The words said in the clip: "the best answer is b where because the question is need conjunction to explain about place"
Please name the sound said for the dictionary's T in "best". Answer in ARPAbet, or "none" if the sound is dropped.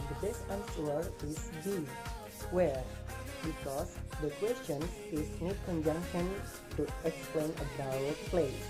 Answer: none